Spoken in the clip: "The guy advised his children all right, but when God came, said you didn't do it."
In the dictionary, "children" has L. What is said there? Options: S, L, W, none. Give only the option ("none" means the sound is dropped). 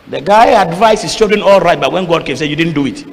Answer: none